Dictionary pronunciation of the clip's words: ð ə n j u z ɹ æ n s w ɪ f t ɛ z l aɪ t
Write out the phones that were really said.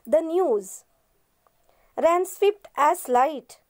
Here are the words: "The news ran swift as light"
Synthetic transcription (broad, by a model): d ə n j u z ɹ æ n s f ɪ p t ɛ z l aɪ t